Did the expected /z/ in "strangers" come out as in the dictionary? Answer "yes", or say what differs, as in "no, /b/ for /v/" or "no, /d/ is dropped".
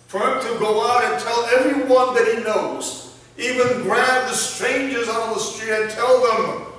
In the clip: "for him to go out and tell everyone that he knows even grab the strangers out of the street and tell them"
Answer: yes